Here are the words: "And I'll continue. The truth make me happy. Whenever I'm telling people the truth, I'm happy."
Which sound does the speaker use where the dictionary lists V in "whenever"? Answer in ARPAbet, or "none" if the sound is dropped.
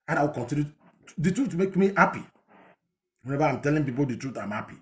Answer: B